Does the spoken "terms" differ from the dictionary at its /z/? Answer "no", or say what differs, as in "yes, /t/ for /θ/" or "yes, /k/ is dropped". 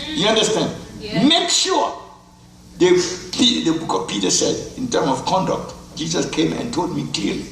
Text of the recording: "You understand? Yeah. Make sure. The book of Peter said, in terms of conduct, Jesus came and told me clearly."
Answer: yes, /z/ is dropped